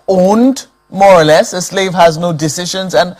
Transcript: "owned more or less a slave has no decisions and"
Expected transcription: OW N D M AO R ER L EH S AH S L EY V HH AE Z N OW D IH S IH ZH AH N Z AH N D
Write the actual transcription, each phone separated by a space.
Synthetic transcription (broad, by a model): OW N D M AO R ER L EH S AH S L EY V HH AE Z N OW D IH S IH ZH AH N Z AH N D